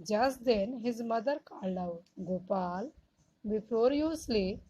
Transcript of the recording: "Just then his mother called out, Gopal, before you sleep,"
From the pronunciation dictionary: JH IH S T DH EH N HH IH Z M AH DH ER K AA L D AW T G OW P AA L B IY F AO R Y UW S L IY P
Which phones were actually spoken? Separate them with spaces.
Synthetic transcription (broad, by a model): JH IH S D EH N HH IH Z M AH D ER K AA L AW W G OW P AA L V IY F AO R Y UW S L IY